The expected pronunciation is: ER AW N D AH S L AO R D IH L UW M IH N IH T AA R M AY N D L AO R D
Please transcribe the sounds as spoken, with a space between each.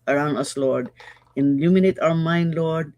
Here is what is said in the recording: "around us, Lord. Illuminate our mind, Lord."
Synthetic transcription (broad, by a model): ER AW N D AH S L AO R D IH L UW M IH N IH T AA W M AY N D L AO R D